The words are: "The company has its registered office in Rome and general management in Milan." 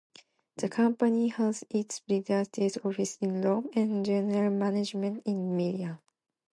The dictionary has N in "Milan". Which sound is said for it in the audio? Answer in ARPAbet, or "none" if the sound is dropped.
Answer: none